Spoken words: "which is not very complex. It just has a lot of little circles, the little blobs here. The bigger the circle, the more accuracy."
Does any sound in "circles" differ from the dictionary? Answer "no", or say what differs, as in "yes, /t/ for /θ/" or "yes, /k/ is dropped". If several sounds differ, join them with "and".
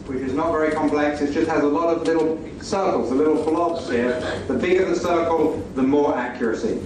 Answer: no